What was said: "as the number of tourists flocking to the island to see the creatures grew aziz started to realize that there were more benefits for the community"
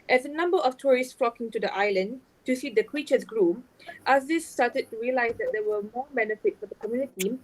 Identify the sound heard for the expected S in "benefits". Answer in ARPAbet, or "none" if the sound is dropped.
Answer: none